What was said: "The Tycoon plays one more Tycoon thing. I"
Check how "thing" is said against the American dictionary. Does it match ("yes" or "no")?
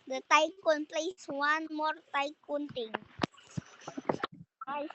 no